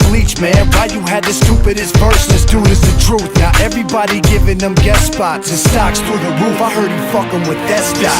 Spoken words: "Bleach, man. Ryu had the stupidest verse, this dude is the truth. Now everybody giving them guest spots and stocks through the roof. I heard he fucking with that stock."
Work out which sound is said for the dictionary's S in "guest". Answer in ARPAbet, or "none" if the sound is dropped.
none